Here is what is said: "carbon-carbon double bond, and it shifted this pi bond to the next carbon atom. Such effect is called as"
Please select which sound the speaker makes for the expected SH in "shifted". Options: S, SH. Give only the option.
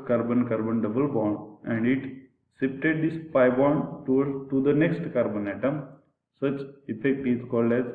S